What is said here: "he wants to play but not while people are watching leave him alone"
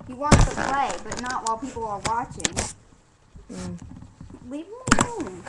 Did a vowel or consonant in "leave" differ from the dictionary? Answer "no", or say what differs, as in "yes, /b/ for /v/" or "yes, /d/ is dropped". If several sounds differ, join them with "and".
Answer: yes, /w/ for /v/